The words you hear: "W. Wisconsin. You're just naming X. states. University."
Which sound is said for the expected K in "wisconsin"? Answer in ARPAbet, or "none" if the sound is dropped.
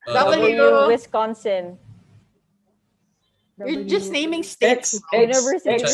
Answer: K